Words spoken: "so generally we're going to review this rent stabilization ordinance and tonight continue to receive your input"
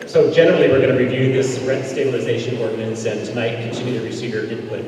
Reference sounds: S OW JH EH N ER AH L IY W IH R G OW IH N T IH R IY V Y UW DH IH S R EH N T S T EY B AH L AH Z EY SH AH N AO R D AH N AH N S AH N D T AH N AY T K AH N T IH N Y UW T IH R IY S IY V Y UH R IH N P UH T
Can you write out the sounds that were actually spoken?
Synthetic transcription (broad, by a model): S OW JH EH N ER L IY W IH R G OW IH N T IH R IY V Y UW DH IH S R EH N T S T EY B AH L AH Z EY SH AH N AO R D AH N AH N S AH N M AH IH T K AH N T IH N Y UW T IH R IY S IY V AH R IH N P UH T